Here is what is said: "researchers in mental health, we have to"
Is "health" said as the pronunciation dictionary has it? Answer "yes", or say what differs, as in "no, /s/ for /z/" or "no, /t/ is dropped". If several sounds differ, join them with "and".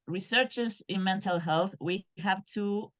yes